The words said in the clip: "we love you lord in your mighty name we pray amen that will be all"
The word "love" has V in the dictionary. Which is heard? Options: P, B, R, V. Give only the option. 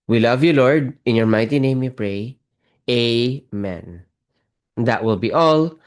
V